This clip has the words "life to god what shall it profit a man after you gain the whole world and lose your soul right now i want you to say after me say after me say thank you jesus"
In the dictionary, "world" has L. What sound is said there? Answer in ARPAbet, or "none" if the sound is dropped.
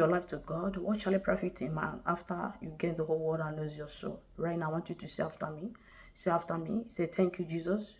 none